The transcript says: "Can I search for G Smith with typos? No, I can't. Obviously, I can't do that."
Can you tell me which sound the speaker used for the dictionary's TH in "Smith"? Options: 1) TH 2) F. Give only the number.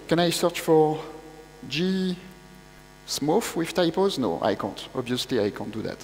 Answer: 2